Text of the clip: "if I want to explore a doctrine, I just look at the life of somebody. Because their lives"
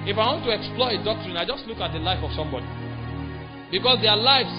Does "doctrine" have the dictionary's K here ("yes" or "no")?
yes